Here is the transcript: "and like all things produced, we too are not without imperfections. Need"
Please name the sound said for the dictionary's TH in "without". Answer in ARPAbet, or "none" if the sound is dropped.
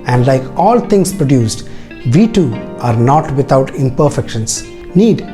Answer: T